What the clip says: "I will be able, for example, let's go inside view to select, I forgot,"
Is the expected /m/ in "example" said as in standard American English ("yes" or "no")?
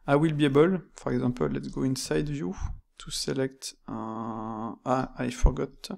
no